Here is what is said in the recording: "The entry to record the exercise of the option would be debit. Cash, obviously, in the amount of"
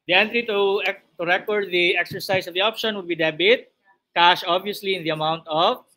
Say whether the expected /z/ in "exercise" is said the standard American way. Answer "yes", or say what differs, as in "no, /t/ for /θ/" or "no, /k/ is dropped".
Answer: no, /s/ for /z/